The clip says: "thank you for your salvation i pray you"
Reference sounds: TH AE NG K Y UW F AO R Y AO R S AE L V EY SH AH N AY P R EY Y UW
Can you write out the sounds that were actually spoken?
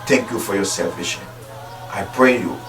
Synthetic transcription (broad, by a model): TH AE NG K Y UW F AO R Y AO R S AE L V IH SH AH IH P R EY Y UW